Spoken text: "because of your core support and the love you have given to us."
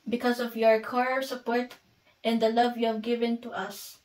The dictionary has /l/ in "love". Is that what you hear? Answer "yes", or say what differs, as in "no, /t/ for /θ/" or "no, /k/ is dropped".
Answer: yes